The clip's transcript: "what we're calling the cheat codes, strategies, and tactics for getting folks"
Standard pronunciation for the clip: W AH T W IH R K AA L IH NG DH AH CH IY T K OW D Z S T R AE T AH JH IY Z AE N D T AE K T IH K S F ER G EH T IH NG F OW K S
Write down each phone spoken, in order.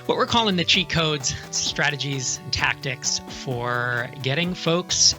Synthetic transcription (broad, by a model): W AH T W IH R K AA L IH NG DH AH CH IY K OW D Z S T R AE T AH JH IY Z N T AE K T IH K S F ER G EH T IH NG F OW K S